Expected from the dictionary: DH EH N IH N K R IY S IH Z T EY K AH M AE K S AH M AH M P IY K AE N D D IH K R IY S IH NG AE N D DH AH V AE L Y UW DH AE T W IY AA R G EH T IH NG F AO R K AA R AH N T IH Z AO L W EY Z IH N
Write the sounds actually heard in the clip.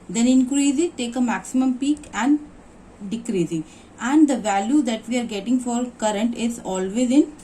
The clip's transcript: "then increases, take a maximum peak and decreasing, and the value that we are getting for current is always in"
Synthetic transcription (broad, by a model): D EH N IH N K R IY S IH T EY K AH M AE K S AH M AH M P IY K AE N D D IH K R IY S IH AE N D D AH V AE L Y UW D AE T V IY AA R G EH T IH NG F AO R K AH R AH N T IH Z AO L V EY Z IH N